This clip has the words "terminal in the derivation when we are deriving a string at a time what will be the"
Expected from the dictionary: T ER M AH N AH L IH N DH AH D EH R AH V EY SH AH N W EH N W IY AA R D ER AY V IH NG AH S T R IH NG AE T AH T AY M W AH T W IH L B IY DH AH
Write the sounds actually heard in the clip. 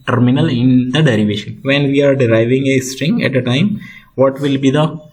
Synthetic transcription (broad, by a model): T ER M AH N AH L IH N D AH D EH R AH V EY SH AH N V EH N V IY AA R D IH AY V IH NG AH S T R IH NG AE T AH T AY M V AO T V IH L B IY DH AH